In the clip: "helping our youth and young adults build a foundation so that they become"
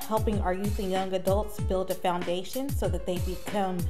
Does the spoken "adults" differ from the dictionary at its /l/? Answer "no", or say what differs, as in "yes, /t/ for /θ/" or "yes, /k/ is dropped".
no